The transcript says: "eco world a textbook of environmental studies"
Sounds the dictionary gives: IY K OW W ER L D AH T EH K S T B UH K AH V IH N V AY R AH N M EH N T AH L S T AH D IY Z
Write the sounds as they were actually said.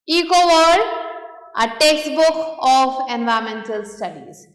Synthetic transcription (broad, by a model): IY K OW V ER D AH T EH K S T B UH K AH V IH N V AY AH M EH N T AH L S T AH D IY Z